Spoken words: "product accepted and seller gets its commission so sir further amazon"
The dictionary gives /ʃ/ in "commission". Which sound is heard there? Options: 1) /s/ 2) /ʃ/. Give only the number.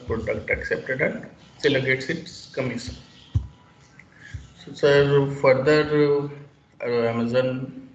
1